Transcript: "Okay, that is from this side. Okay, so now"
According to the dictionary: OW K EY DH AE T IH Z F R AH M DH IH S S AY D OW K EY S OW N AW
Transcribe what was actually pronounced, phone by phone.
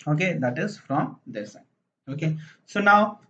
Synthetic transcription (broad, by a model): OW K EY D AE T IH Z F R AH M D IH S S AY OW K EY S OW N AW